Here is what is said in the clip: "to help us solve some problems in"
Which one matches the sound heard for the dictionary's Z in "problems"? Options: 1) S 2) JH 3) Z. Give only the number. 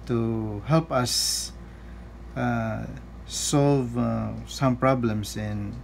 1